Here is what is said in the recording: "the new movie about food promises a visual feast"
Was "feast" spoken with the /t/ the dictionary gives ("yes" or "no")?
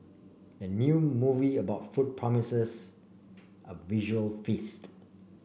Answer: yes